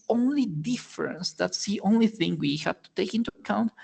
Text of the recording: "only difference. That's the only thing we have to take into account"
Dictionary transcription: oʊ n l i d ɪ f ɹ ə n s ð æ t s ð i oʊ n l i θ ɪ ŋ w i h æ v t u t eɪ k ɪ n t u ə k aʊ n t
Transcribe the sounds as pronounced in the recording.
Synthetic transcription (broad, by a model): oʊ n l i d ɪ f ɹ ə n s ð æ t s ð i oʊ n l i θ ɪ ŋ w i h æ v t u t eɪ k ɪ n t u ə k aʊ n t